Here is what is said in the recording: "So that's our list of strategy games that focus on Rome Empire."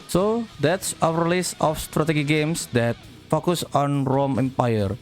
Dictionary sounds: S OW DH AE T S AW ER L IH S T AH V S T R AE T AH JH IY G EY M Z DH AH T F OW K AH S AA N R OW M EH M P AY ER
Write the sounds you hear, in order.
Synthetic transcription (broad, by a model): S OW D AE T S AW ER L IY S AH F S T R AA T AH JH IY G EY M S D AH T F OW K AH S AA N R OW M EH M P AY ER